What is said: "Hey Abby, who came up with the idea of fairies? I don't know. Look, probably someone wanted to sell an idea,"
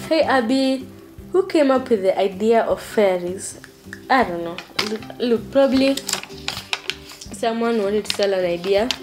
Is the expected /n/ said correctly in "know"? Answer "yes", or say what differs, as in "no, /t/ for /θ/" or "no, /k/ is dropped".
yes